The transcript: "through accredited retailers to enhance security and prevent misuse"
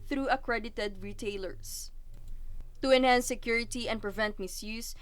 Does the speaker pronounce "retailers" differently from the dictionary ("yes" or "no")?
yes